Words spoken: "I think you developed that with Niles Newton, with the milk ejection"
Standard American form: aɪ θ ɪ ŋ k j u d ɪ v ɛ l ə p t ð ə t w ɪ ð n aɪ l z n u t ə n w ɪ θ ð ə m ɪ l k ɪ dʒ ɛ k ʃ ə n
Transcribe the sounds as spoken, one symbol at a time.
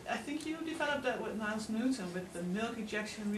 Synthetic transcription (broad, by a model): aɪ θ ɪ ŋ k j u d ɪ v ɛ l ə p ð ə t w ɪ ð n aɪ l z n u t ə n w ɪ ð ə m ɪ l k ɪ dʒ ɛ k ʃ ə n